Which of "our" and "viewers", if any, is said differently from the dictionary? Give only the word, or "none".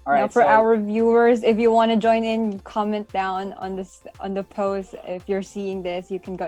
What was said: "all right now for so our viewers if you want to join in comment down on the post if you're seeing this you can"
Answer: none